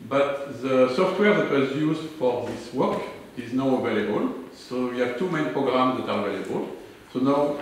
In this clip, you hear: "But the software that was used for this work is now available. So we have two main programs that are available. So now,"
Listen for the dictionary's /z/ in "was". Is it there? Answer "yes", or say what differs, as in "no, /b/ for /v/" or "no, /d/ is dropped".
yes